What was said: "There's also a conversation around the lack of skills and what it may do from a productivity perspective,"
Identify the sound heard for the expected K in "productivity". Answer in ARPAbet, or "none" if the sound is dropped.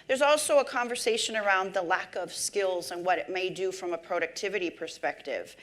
K